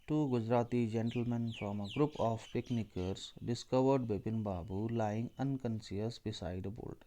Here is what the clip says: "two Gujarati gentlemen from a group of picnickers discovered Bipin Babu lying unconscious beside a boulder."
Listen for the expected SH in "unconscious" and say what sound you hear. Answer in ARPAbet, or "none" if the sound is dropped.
S